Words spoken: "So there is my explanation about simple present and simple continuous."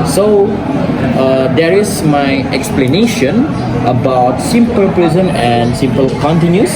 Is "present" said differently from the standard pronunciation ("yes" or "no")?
yes